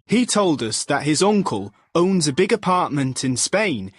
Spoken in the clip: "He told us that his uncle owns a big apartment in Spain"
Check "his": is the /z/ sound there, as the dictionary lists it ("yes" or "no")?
yes